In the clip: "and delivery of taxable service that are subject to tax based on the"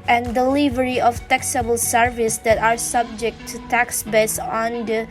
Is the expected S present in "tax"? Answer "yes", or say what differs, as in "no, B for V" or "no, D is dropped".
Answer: yes